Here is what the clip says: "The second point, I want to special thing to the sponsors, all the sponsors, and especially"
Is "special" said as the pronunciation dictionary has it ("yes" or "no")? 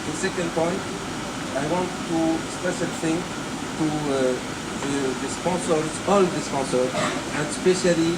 no